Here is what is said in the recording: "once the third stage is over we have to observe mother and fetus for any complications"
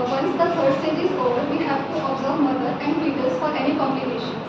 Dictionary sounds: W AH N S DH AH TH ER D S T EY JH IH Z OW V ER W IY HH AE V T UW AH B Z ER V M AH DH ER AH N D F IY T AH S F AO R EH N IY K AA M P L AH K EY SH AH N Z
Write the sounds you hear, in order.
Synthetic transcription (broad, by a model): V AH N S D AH F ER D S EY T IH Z OW V ER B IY HH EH P T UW AH B Z ER V M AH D ER AH N D P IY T AH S F AO R EH N IY K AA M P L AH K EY SH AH N